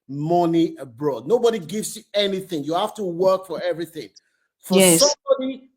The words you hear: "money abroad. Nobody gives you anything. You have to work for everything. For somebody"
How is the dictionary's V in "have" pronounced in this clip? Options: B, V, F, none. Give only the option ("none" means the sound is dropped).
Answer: F